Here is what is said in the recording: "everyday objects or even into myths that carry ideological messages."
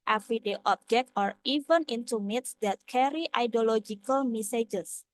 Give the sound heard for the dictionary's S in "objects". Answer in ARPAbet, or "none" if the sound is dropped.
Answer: none